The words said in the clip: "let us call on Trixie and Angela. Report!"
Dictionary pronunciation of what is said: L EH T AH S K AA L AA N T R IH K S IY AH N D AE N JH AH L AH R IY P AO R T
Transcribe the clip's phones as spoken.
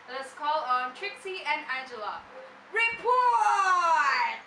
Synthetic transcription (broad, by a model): AH S K AA L AA N T R IH K S IY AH N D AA JH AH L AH R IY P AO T